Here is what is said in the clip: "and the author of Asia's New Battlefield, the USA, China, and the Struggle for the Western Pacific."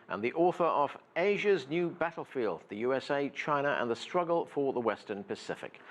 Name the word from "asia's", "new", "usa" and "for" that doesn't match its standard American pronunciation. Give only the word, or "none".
none